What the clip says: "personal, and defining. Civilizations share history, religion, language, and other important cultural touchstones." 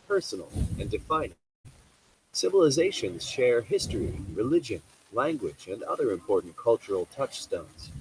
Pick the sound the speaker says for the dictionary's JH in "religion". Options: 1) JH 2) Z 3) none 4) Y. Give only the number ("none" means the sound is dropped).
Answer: 1